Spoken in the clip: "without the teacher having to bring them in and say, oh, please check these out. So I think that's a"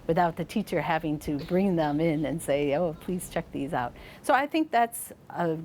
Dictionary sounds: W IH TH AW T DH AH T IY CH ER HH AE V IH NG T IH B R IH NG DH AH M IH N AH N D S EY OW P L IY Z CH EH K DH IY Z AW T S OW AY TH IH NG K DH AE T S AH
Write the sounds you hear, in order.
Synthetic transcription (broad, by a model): W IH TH AW T DH AH T IY CH ER HH AE V IH NG T IH B R IH NG DH AH M IH N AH N S EY OW P L IY Z CH EH K DH IY Z AW T S OW AY TH IH NG K DH AE T S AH